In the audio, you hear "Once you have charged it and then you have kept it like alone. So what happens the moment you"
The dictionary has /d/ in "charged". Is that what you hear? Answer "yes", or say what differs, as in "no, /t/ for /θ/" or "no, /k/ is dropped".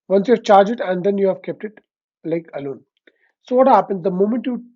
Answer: no, /d/ is dropped